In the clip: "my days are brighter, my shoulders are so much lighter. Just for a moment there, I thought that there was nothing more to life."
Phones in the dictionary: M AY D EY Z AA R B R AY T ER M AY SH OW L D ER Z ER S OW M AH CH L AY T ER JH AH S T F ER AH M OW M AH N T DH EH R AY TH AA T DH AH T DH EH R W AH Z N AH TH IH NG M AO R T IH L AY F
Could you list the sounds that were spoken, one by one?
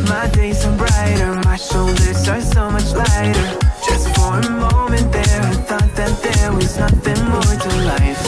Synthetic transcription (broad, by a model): M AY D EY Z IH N B R AY T ER M AY SH OW L D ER S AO S OW M AH CH L AY T ER JH AH S T F ER AH M OW M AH N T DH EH R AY TH AA T DH AH T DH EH R W AH Z N AH TH IH NG M AO R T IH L AY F